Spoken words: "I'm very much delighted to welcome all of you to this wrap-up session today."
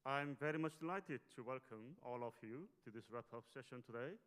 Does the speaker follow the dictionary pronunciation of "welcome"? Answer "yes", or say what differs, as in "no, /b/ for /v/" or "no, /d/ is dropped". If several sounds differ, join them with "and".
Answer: yes